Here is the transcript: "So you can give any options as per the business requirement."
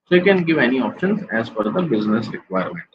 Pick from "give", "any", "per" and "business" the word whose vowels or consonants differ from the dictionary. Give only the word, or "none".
per